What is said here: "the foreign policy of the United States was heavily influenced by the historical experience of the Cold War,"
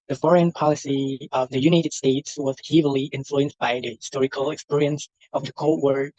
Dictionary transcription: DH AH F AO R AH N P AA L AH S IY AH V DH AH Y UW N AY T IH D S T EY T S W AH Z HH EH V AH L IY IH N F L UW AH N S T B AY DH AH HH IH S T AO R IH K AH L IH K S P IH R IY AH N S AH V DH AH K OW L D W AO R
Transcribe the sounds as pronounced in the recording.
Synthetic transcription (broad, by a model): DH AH F AO R AH N P AA L AH S IY AH V DH AH Y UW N AY T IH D S T EY T S W AH Z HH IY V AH L IY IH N F L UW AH N S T B AY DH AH HH IH S T AO R IH K AH L IH K S P IH R IY AH N S AH V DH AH K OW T W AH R